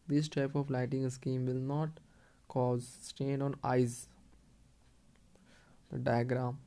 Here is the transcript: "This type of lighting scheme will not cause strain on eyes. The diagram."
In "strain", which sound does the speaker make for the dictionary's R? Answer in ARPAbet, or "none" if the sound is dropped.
none